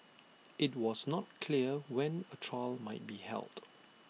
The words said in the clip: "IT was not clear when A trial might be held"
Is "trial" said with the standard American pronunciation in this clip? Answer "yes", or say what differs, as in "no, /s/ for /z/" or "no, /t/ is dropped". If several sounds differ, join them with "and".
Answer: yes